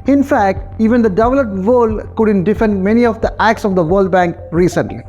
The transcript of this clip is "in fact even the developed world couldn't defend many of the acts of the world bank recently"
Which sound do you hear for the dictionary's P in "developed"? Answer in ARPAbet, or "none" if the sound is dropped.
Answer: none